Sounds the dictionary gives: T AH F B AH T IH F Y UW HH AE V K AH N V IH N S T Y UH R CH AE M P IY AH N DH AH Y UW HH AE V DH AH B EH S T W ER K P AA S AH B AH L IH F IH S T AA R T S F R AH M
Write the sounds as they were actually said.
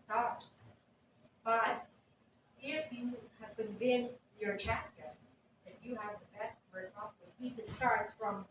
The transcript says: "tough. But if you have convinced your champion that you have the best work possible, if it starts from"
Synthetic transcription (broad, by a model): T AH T B AH T IH F Y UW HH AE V K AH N V IH N S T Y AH R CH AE P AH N DH AH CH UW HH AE V DH AH B EH S T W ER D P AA S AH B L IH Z IH S T AA R T S F R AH M